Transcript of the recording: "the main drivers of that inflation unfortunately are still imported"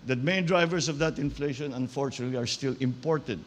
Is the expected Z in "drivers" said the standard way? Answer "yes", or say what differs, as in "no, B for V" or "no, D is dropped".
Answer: no, S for Z